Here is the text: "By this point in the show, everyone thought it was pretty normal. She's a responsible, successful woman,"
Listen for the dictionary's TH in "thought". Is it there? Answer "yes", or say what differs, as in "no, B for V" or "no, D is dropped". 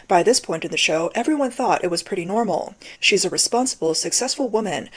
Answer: yes